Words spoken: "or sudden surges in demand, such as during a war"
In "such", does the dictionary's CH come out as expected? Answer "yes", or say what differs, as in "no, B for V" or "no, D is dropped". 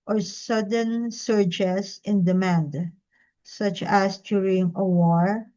yes